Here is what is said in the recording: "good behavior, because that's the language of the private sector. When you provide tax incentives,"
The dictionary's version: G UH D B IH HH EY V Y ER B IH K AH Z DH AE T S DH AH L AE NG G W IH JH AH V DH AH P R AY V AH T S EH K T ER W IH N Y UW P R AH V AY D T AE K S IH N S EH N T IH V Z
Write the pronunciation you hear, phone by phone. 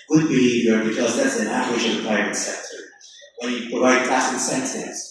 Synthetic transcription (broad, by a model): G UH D B IH HH EY V Y ER B IH K AH Z DH AE T S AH N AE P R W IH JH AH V DH AH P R AY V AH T S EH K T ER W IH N Y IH P R AH V AY D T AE S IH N S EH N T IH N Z